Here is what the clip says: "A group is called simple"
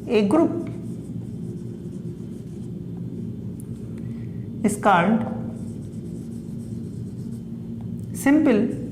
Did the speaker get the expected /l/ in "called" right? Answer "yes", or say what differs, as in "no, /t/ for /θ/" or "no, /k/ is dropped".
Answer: no, /n/ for /l/